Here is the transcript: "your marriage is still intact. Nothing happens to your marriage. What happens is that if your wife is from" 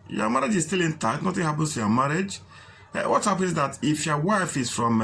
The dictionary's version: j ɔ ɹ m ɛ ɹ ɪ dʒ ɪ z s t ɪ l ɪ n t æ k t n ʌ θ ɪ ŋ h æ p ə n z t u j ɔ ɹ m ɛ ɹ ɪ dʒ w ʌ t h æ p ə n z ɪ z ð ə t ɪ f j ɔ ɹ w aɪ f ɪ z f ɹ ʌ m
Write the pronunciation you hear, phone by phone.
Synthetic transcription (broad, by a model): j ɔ m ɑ ɹ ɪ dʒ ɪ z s t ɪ l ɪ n t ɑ t n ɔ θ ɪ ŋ h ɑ p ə n s t u j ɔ m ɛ ɹ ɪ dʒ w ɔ t h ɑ p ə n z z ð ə t ɪ f j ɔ w aɪ f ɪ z f ɹ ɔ m